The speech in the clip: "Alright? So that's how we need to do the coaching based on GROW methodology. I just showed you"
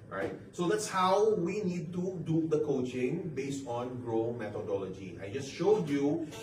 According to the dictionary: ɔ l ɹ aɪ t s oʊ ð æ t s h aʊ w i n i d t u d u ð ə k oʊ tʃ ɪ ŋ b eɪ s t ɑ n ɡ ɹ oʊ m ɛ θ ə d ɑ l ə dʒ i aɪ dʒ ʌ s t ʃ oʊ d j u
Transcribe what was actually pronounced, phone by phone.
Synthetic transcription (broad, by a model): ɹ aɪ t s oʊ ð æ t s h aʊ w i n i d t u d u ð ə k oʊ tʃ ɪ ŋ b eɪ s t ɑ n ɡ ɹ oʊ m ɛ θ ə d ɑ l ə dʒ i aɪ dʒ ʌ s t ʃ oʊ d j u